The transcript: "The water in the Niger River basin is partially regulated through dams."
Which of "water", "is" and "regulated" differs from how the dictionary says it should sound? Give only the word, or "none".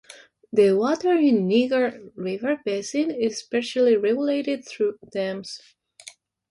is